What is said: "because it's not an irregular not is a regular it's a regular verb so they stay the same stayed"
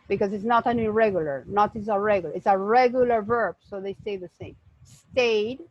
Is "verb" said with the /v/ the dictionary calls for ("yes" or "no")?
yes